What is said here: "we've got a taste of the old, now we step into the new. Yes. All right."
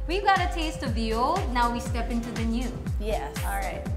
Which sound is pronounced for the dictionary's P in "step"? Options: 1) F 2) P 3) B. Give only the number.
2